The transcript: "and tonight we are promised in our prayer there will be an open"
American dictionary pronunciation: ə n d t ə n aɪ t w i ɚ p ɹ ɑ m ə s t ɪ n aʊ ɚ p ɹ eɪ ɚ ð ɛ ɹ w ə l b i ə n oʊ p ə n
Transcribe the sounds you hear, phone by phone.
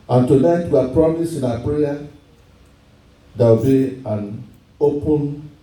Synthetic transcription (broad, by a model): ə n t ə n aɪ t w i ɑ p ɹ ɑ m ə s ɪ n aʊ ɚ p ɹ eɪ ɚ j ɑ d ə w b i ə n oʊ p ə n